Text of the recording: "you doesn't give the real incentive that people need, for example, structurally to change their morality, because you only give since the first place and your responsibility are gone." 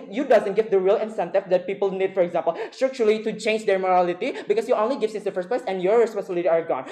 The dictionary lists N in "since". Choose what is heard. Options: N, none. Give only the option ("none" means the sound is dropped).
none